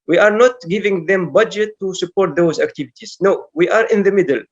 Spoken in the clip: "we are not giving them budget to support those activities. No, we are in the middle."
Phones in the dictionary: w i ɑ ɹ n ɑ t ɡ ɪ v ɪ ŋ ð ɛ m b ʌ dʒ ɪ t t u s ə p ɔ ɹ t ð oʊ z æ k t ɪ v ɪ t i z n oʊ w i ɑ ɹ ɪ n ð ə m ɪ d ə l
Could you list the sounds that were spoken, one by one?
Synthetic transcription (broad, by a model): w i ɑ ɹ n ɑ t ɡ ɪ v ɪ ŋ ð ɛ m b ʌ dʒ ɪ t t u s ə p ɔ ɹ t ð oʊ z æ k t ɪ v ɪ t i z n oʊ w i ɑ ɹ ɪ n ð ə m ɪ d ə l